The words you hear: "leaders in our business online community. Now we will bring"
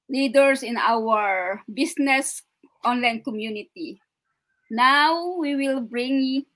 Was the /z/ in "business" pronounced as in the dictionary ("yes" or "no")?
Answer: no